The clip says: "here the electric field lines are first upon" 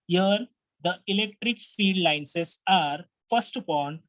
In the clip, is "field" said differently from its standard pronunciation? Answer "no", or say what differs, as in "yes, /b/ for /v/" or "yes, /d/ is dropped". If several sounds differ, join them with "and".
yes, /l/ is dropped